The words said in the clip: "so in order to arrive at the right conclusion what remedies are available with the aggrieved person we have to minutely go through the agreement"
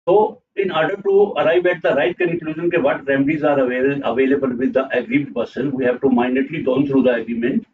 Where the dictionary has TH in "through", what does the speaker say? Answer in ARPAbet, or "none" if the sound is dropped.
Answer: T